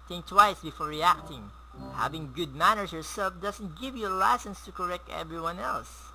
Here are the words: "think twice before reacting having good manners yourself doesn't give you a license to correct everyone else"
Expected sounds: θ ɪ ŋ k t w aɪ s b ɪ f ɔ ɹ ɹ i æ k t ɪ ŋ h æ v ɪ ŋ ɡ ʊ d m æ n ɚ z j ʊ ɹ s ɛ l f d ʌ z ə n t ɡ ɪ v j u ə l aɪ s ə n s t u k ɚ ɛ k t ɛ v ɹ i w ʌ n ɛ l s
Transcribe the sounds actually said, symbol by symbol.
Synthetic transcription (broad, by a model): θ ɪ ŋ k t w aɪ s b ɪ f ɔ ɹ ɹ i æ k t ɪ ŋ h æ v ɪ ŋ ɡ ʊ d m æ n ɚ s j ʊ ɹ s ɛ l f d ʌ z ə n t ɡ ɪ v j u ə l aɪ s ə n s t u k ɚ ɛ k t ɛ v ɹ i w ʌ n ɛ l s